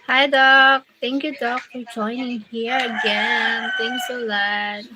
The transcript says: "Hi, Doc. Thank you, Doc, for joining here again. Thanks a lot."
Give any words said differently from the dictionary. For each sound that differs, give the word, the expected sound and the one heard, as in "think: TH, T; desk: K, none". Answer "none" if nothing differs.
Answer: thank: TH, T; thanks: TH, T